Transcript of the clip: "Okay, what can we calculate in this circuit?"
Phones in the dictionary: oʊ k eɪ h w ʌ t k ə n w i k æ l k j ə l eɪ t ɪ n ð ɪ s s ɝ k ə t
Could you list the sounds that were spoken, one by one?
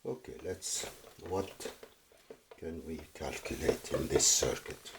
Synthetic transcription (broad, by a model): oʊ k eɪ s w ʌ t k ə n w i k æ l k j ə l eɪ t ɪ n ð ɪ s s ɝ k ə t